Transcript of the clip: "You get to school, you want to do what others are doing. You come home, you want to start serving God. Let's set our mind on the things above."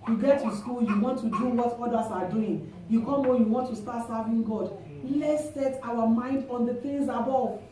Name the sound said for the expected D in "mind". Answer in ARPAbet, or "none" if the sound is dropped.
D